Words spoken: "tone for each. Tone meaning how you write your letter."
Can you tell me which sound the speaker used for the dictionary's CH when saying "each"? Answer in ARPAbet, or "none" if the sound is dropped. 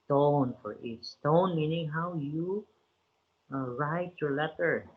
S